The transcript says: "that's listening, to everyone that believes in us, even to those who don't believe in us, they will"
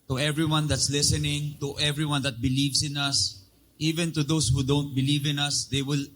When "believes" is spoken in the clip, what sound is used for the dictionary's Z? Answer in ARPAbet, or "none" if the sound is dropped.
S